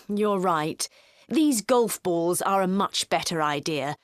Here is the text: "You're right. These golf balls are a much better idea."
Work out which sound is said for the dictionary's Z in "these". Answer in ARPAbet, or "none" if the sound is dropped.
Z